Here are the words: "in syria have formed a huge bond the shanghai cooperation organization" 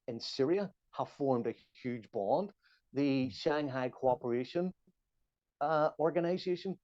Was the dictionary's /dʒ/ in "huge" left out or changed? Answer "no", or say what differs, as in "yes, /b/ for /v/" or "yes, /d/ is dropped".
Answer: no